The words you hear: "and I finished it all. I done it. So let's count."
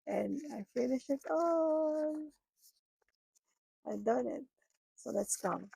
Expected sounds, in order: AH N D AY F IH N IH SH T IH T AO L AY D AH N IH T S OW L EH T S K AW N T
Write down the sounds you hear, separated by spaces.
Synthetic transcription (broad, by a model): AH N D AY F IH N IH SH IH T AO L AY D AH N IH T S OW L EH T S K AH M